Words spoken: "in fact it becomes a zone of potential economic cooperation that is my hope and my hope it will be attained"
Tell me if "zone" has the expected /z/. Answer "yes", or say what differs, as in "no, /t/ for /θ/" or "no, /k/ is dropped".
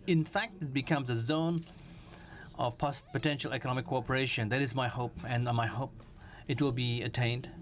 yes